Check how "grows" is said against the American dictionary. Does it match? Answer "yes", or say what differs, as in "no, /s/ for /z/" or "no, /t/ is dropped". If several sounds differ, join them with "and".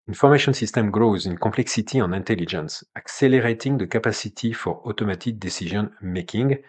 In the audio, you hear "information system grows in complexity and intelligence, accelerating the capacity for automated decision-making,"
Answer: yes